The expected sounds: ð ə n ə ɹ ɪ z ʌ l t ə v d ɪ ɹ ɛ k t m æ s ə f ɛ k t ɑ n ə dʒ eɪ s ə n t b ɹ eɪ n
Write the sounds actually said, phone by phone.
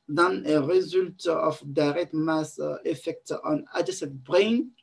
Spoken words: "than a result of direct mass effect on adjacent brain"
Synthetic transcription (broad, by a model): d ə n ə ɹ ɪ z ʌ l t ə f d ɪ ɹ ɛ t m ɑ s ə f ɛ k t ɑ n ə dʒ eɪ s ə t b ɹ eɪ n